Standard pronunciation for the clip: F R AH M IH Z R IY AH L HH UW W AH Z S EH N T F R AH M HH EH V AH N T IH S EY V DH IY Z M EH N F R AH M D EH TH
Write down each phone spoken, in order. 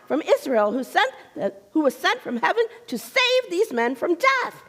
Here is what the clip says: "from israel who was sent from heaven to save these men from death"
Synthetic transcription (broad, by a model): F R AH M IH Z R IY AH N HH UW W AH Z S EH N T F R AH M HH EH V AH N T IH S EY V DH IY Z M EH N F R AH M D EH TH